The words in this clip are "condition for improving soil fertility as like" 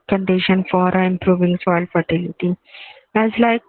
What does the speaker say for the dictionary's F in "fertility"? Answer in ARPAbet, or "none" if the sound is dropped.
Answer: F